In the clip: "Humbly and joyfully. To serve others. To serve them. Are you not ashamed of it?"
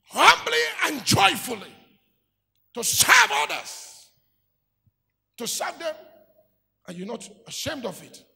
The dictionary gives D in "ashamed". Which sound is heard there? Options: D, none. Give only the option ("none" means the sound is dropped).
D